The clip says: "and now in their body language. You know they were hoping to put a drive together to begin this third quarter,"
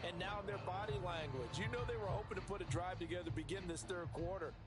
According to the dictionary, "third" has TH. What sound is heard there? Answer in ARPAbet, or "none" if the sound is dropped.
TH